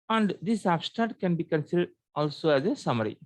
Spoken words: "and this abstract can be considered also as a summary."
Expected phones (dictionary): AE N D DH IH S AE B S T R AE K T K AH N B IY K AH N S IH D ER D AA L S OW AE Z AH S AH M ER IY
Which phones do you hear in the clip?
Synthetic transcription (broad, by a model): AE N D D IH S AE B S T AE T K AH N B IY K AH N S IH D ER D AA L S OW AE Z AH S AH M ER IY